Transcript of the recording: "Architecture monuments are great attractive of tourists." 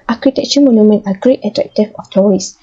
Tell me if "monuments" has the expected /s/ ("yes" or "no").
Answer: no